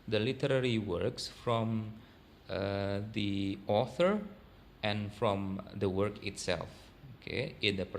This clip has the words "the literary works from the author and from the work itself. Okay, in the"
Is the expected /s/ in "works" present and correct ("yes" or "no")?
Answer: yes